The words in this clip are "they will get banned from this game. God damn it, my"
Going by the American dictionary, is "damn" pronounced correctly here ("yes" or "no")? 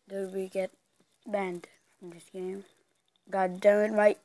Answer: no